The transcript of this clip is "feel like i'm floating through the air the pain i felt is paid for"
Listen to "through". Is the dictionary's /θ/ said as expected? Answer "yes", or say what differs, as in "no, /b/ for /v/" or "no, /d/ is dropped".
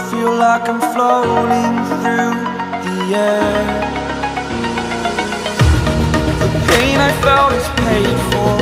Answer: yes